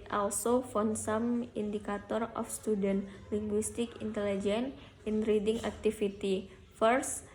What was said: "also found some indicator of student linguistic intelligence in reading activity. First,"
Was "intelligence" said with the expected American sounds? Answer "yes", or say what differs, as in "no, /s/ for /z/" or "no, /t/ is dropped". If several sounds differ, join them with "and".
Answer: no, /s/ is dropped